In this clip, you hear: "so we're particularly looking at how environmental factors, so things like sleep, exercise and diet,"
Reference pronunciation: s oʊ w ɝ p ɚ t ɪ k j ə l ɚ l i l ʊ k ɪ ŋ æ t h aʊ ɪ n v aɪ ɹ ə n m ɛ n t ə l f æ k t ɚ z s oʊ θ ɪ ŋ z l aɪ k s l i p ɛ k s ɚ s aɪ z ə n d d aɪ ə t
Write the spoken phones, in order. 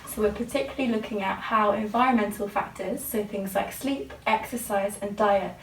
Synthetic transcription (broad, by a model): s oʊ w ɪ p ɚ t ɪ k j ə l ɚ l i l ʊ k ɪ ŋ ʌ t h aʊ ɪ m v aɪ ɹ ə n m ɛ n t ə l f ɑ k t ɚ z s oʊ θ ɪ ŋ z l aɪ k s l i p ɛ k s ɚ s aɪ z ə n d d aɪ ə t